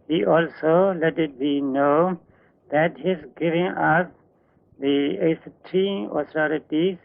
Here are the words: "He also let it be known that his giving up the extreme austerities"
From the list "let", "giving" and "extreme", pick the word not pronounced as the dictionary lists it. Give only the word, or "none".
extreme